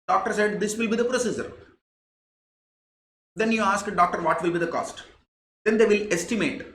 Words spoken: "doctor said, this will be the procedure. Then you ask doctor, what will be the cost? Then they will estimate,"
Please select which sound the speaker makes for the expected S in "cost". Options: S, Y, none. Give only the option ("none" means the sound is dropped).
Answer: S